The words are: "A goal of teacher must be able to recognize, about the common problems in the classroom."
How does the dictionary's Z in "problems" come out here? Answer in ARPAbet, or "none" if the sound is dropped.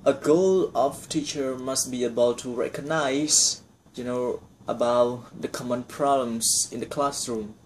S